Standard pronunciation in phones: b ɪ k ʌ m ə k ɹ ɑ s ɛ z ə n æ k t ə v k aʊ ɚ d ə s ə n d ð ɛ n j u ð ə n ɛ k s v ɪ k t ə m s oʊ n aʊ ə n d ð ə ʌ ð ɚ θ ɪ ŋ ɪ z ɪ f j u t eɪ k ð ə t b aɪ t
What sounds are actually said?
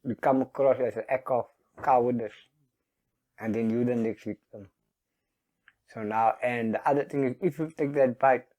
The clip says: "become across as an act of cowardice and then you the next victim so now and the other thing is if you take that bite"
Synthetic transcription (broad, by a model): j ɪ k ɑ m ə k ɹ ɑ s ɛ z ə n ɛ k ə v k aʊ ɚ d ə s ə n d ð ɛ n j u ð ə n ɛ k s w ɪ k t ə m s oʊ n aʊ ə n d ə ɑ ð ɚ t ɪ ŋ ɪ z ɪ f j u t eɪ k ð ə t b aɪ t